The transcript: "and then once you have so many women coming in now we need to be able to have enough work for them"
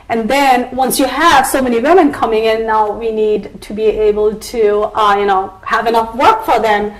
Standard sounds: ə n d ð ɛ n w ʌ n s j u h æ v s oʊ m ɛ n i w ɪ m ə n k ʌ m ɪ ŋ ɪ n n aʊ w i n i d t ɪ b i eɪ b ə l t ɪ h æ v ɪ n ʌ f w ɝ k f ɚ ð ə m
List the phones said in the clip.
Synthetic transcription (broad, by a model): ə n ð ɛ n w ʌ n s j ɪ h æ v s oʊ m ɛ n i w ɪ m ə n k ʌ m ɪ ŋ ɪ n n aʊ w i n i d t ɪ b i eɪ b ə l t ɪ h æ v ɪ n ʌ f w ɝ k f ɚ ð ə m